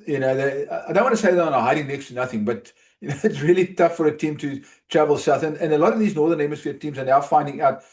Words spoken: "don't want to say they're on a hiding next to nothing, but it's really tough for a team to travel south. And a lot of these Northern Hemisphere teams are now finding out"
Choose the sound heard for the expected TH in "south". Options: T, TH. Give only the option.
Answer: TH